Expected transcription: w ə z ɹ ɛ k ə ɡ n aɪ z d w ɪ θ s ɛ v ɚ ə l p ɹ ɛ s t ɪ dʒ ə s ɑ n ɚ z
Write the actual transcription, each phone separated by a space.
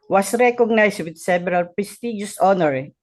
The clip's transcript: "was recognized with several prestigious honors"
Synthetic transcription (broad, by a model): w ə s ɹ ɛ k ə ɡ n aɪ s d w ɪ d s ɛ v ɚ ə l p ɹ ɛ s t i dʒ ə s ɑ n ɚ